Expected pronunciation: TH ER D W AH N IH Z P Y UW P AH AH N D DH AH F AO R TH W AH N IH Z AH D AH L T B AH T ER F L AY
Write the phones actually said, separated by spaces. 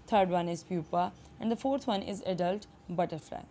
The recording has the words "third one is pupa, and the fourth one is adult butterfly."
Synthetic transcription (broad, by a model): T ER D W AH N IH Z P Y UW P AH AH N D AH F AO R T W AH N IH Z AH D AH L T B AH T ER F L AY